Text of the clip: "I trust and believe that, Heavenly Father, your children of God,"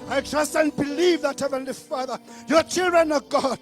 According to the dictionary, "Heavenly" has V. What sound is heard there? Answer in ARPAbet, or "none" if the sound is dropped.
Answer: V